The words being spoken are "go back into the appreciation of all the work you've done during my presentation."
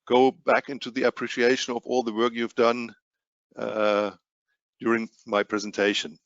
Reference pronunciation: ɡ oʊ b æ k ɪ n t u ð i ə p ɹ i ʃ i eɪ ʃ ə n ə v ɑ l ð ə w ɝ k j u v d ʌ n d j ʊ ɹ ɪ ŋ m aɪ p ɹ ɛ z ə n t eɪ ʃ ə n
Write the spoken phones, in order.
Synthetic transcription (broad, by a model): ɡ oʊ b æ k ɪ n t u ð i ə p ɹ i ʃ i eɪ ʃ ə n ə v ɑ l ð ə w ɝ k j u v d ʌ n d j ʊ ɹ ɪ ŋ m aɪ p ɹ ɛ z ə n t eɪ ʃ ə n